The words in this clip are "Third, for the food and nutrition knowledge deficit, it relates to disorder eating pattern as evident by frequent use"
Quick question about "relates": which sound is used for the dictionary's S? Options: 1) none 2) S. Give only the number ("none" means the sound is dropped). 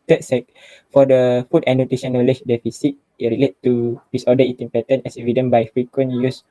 1